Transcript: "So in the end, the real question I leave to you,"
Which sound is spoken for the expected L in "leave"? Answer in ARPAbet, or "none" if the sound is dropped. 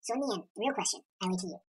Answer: W